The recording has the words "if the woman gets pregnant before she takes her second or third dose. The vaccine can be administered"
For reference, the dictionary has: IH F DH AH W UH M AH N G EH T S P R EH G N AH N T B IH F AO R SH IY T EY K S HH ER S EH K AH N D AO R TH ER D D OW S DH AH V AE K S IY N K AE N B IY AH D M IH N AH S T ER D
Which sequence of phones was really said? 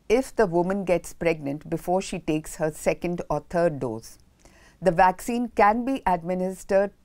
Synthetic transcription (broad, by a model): IH F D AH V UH M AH N G EH T S P R EH G N AH N T B IH F AO R SH IY T EY K S HH ER S EH K AH N D AO R T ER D D OW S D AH V AE K S IY N K AE N B IY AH D M IH N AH S T ER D